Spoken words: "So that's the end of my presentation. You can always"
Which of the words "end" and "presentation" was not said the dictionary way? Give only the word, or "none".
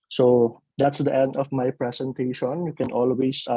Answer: presentation